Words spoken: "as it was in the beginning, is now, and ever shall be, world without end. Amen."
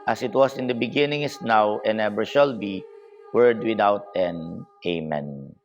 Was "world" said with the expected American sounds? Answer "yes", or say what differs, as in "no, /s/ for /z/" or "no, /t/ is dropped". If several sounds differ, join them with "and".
no, /l/ is dropped